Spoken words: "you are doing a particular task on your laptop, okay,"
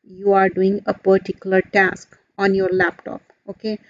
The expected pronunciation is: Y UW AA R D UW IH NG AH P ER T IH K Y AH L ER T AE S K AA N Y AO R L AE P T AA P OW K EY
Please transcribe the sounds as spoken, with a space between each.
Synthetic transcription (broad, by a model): Y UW AA R D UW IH NG AH P ER T IH K Y AH L ER T AE S K AA N Y AO R L AE P T AA P OW K EY